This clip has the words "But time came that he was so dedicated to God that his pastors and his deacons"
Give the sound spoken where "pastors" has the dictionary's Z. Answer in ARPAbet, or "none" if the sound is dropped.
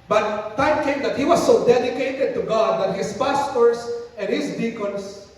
S